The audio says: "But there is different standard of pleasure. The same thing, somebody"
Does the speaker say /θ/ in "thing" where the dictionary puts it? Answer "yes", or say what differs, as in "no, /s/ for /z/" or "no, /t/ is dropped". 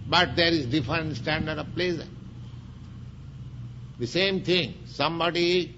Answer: no, /t/ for /θ/